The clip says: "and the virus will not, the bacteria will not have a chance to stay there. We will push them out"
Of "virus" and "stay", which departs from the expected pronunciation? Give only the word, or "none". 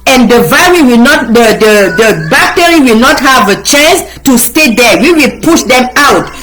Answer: virus